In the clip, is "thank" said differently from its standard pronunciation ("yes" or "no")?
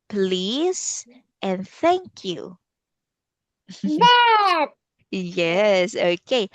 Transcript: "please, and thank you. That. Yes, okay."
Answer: no